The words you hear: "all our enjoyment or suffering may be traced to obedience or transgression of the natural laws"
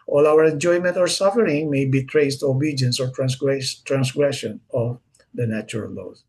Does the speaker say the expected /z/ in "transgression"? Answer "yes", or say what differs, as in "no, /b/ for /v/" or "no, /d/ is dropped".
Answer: no, /s/ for /z/